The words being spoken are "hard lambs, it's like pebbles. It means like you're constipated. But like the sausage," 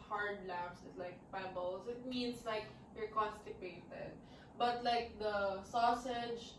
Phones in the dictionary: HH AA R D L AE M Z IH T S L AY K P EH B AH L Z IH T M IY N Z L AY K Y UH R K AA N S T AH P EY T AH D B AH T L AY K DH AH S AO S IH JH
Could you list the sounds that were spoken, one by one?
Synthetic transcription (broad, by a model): HH AA R D L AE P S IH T L AY K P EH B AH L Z IH T M IY N S L AY K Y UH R K AA N S T AH P EY T AH D B AH T L AY K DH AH S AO S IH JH